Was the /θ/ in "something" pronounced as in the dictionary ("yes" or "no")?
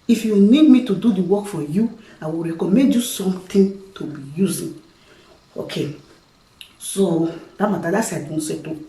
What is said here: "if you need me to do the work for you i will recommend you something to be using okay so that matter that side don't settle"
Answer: no